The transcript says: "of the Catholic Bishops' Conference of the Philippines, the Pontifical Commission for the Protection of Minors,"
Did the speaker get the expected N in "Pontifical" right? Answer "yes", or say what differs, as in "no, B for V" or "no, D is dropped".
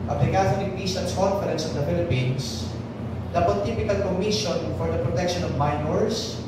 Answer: no, N is dropped